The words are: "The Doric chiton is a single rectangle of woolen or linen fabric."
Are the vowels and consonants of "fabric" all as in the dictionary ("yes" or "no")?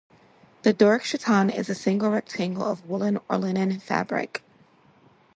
yes